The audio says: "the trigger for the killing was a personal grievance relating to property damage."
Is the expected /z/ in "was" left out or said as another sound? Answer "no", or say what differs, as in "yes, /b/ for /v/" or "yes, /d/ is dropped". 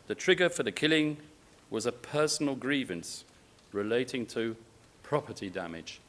no